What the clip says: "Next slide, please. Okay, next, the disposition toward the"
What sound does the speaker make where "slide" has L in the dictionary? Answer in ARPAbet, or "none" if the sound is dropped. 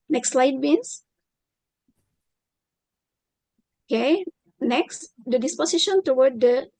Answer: L